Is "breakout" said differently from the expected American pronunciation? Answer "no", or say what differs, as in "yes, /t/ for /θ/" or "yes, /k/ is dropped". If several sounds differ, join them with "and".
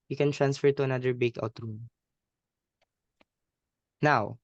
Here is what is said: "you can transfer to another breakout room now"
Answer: yes, /ɹ/ is dropped